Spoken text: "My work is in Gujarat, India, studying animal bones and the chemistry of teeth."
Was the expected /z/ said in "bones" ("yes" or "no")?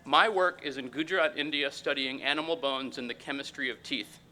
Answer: yes